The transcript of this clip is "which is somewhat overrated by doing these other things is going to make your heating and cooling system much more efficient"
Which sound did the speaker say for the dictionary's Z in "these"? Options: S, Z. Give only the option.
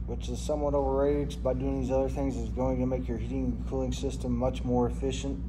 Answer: Z